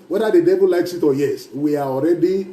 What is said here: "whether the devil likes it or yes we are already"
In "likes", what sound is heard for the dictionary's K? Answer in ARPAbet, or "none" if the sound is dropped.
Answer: K